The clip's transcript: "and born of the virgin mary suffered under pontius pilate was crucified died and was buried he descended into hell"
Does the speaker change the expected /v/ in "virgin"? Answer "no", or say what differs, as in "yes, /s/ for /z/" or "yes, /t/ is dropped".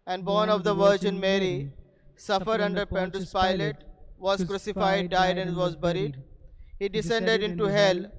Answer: no